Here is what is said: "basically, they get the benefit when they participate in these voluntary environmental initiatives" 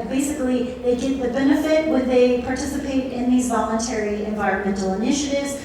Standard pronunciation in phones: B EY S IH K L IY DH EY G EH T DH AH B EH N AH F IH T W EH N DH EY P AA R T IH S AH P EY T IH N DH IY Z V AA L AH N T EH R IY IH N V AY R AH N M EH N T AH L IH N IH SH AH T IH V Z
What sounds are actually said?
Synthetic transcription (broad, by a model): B EY S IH K L IY DH EY G EH T DH AH B EH N AH F IH T W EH N DH EY P AA R T IH S AH P EY T IH N DH IY Z V AA L AH N T EH R IY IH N V AY R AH N M EH N T L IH N IH SH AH T IH V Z